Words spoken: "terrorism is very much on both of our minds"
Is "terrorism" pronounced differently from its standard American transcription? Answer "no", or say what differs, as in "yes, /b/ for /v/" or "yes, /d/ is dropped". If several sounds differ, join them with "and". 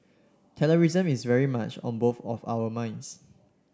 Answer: yes, /l/ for /ɹ/